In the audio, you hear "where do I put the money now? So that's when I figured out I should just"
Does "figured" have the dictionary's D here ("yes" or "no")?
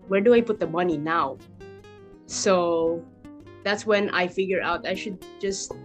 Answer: no